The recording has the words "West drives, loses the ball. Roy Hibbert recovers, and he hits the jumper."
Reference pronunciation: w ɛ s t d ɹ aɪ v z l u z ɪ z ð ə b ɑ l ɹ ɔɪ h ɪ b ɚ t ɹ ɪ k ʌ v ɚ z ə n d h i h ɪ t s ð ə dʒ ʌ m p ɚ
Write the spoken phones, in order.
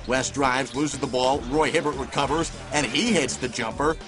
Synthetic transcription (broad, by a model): w ɛ s d ɹ aɪ v z l u z ɪ z ð ə b ɑ l ɹ ɔɪ h ɪ b ɚ t ɹ ɪ k ʌ v ɚ z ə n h i h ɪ t s ð ə dʒ ʌ m p ɚ